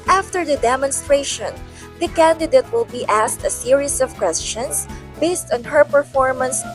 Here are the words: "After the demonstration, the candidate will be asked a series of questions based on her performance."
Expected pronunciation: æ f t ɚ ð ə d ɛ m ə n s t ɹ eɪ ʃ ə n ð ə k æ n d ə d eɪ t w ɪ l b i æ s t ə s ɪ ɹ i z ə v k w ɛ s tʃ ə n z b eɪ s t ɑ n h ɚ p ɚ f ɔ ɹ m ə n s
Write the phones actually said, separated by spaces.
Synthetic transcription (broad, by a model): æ f t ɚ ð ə d ɛ m ə n s t ɹ eɪ ʃ ə n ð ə k æ n d ə d eɪ t w ɪ l b i æ s t ə s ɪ ɹ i s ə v k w ɛ s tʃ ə n s b eɪ s t ɑ n h ɚ p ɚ f ɔ ɹ m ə n s